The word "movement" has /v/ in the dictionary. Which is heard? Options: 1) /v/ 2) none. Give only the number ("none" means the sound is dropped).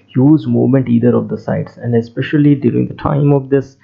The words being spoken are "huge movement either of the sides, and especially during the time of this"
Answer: 2